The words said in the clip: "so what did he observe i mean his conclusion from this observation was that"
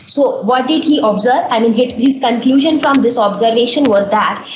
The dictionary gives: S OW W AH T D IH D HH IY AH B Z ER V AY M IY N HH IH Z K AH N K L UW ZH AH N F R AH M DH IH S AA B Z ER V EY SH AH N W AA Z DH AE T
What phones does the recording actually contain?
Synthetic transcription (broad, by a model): S OW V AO T D IH D HH IY AH B Z ER V AY M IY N HH IH Z K AH N K L UW ZH AH N F R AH M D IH S AA B Z ER V EY SH AH N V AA Z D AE T